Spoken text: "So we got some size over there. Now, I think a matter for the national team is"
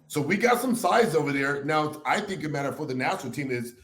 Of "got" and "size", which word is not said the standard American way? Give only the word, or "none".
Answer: none